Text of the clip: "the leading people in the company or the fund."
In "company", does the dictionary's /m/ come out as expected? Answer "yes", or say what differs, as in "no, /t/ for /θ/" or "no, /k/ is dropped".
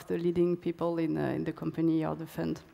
yes